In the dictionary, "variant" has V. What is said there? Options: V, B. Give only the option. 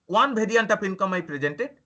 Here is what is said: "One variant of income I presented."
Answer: B